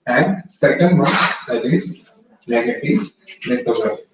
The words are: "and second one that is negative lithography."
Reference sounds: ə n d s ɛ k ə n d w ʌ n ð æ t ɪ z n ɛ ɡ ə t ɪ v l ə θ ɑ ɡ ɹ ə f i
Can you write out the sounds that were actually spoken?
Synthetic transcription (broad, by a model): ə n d s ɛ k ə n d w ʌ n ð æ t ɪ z l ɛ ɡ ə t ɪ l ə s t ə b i